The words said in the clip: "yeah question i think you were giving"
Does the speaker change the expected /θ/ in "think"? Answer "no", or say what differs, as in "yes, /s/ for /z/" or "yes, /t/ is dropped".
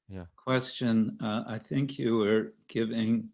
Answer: no